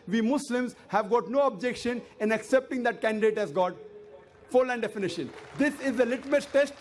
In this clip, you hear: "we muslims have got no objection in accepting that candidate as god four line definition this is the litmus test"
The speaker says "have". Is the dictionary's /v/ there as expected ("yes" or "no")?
yes